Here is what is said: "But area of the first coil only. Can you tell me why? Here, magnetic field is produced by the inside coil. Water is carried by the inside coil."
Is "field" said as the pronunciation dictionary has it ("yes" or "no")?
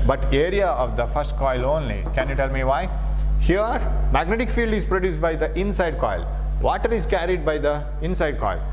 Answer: yes